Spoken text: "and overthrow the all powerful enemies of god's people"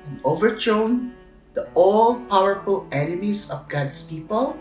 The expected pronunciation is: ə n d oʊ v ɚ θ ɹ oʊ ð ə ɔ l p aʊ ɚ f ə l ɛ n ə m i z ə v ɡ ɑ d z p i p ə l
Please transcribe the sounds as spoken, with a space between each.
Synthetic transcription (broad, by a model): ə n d oʊ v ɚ t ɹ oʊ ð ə ɔ l p aʊ ɚ f ə l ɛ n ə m i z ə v ɡ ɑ d s p i p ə l